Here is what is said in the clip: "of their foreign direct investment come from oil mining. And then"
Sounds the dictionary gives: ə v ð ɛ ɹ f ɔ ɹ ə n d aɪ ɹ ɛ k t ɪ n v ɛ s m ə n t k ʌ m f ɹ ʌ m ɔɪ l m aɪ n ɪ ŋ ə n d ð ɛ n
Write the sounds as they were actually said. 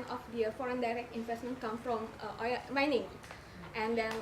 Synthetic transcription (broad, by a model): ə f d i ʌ f ɔ ɹ ə n d aɪ ɹ ɛ k t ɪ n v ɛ s m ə n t k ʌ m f ɹ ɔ m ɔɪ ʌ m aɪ n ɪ ŋ ə n d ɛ n